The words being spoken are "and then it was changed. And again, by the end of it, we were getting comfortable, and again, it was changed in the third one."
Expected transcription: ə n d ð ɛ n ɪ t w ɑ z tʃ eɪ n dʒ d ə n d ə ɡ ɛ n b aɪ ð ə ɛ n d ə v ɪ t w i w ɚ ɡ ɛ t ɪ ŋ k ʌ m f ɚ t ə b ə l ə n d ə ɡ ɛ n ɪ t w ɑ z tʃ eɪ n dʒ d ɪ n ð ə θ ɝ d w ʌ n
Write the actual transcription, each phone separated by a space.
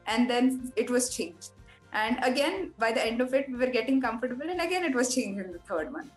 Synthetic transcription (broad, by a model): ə n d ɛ n ɪ t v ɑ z tʃ eɪ n dʒ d ə n d ə ɡ ɛ n b aɪ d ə ɛ n d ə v ɪ t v i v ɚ ɡ ɛ t ɪ ŋ k ʌ m f ɚ t ə b ə l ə n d ə ɡ ɛ n ɪ t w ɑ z tʃ eɪ n dʒ ɪ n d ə t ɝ d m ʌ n